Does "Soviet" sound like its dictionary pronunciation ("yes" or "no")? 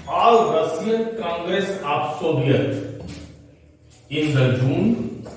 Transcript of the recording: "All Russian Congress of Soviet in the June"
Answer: no